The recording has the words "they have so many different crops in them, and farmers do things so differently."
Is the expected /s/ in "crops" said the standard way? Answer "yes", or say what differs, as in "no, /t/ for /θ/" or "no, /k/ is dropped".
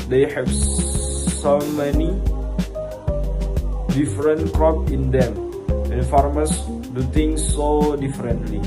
no, /s/ is dropped